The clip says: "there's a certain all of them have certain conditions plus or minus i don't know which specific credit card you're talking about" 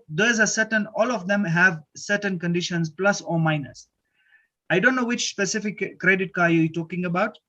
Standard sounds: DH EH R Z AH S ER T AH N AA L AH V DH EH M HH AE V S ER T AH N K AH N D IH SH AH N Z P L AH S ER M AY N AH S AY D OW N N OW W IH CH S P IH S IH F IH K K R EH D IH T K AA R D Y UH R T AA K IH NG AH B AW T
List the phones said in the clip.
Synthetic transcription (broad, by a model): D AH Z AH S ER T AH N AA L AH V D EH M HH AE V S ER T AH N K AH N D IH SH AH N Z P L AH S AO M AY N AH S AY D OW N N OW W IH CH S P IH S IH F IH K K R EH D IH T K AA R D Y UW T AA K IH NG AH B AW T